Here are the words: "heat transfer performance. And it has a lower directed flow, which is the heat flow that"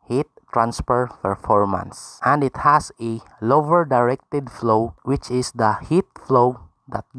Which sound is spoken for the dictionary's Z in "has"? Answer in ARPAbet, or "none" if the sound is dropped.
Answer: S